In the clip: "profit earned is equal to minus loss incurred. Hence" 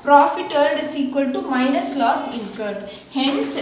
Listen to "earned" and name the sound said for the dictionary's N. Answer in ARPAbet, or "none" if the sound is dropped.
L